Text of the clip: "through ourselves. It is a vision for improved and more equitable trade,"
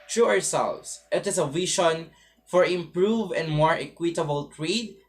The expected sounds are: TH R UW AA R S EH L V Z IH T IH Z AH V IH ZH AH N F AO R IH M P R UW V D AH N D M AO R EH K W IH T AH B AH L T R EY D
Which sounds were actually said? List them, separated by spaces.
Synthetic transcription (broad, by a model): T R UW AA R S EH L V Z IH T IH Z AH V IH SH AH N F AO R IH M P R UW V AH N D M AO R EH K W IH T AH B AH L T R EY D